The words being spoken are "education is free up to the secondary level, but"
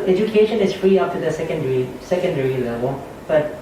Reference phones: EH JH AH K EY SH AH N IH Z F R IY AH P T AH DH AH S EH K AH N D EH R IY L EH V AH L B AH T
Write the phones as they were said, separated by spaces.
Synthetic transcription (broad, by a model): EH JH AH K EY SH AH N IH Z F R IY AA F T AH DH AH S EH K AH N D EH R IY L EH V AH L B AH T